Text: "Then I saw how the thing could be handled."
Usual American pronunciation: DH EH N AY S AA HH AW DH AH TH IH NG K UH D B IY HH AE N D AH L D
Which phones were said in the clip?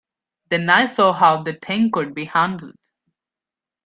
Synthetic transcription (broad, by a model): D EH N AY S AA HH AW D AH T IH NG K UH D B IY HH AE N D AH L D